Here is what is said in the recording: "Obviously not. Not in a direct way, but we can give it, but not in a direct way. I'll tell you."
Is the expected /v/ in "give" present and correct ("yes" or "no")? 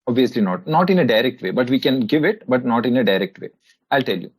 yes